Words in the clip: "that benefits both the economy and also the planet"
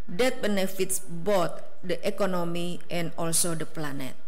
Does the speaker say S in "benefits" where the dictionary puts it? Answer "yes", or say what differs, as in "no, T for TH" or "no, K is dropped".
yes